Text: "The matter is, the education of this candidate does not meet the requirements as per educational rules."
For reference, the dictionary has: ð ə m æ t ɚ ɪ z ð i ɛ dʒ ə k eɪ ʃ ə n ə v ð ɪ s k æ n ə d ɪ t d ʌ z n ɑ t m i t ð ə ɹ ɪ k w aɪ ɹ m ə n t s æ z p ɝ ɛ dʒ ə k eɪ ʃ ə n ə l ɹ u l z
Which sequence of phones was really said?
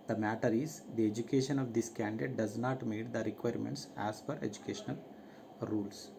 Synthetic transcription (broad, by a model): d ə m æ t ɚ ɪ z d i ɛ dʒ ə k eɪ ʃ ə n ə v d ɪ s k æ n d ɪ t d ʌ z n ɑ t m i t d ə ɹ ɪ k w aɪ ɹ m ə n t s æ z f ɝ ɛ dʒ ə k eɪ ʃ ə n ə l ɹ u l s